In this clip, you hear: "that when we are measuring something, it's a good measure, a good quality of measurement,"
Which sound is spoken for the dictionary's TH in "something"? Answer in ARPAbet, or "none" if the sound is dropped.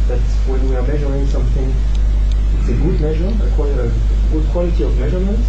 TH